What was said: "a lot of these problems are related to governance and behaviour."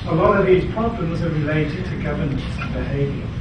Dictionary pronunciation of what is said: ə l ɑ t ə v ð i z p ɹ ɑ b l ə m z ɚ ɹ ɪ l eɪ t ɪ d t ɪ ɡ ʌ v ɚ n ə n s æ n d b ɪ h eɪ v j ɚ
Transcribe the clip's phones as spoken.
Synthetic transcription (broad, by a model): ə l ɑ t ə v ð i z p ɹ ɑ b l ə m z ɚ ɹ ɪ l eɪ t ɪ d t ɪ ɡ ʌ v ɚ n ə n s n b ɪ h eɪ v j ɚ